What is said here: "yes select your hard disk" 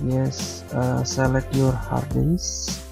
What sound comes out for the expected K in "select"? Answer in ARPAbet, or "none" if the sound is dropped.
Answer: none